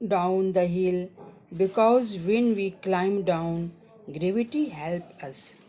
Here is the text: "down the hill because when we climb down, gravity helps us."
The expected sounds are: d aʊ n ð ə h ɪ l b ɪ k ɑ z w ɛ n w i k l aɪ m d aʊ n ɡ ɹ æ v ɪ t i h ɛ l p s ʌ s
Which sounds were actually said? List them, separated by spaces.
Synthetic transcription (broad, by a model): d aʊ n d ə h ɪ l b ɪ k ɑ z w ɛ n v i k l aɪ m d aʊ n ɡ ɹ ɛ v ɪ t i h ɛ l p ʌ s